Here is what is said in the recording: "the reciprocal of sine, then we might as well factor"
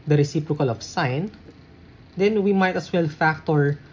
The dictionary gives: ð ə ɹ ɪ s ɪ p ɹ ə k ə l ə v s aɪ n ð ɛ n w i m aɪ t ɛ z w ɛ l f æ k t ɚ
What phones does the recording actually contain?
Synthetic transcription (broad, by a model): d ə ɹ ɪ s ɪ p ɹ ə k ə l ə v s aɪ n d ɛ n w i m aɪ t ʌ s w ɛ l f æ k t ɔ